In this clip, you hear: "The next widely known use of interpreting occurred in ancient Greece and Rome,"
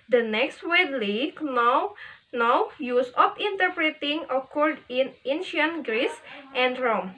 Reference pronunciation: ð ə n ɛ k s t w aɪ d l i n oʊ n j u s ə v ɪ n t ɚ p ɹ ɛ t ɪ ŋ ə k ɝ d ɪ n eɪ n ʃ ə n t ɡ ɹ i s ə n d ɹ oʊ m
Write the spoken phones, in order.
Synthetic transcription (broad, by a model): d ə n ɛ k s t w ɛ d l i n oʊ n j u s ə p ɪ n t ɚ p ɹ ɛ t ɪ ŋ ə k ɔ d ɪ n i n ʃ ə n ɡ ɹ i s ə n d ɹ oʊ m